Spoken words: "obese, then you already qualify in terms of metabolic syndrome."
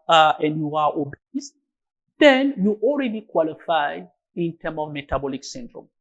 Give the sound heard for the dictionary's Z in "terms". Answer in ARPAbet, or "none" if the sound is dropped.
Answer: none